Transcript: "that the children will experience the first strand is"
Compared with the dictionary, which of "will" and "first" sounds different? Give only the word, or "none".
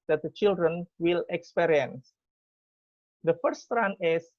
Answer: first